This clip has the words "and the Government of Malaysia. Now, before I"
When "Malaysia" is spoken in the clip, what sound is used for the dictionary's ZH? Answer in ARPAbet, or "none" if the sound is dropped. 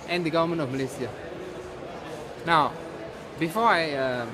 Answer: S